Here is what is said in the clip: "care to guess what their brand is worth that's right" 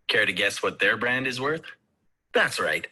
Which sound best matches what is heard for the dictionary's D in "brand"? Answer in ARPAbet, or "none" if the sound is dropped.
D